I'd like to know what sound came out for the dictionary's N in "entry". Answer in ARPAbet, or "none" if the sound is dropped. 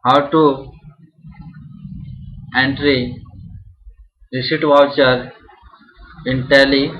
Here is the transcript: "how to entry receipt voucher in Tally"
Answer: N